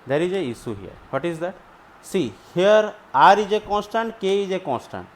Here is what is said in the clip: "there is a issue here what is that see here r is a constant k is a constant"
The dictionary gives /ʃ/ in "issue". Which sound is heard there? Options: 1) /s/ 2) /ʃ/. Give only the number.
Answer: 1